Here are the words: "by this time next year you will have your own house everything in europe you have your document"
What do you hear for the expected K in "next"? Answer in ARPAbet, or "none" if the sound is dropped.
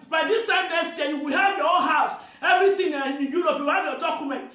none